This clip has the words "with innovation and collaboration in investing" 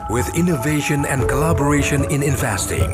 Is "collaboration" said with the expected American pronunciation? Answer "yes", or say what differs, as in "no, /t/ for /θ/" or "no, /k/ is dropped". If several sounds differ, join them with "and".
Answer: yes